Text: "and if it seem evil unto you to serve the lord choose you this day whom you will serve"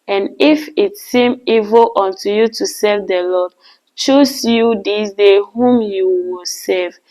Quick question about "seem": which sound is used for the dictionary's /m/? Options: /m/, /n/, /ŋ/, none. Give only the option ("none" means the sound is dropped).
/m/